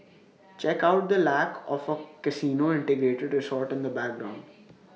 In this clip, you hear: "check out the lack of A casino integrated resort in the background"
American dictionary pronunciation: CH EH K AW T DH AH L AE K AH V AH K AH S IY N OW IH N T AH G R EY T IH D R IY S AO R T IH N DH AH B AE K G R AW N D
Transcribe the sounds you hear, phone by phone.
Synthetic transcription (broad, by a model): CH EH K AW T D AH L AE K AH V AH K AH S IY N OW IH N T AH G R EY T IH D R IY S AO R T IH N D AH B AE K G R AW N D